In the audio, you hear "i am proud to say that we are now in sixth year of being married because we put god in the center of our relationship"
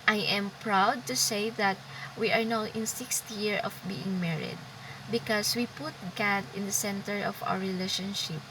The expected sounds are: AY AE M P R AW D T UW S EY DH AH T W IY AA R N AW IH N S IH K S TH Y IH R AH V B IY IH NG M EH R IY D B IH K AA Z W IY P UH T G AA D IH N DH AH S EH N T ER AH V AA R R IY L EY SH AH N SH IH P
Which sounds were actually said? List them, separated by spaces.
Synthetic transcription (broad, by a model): AY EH M P R AW D T UW S EY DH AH T W IY AA R N AW IH N S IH K S T Y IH R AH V B IY IH NG M EH R IY D B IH K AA S W IY P UH T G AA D IH N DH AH S EH N T ER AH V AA W R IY L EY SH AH N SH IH P